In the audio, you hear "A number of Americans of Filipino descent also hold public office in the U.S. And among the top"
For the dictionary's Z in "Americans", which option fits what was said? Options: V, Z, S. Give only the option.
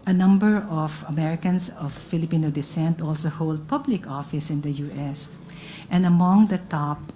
S